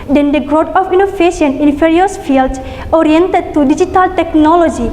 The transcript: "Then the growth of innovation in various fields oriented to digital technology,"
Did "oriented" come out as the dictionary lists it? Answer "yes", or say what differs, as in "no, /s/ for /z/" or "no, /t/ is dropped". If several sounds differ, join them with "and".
yes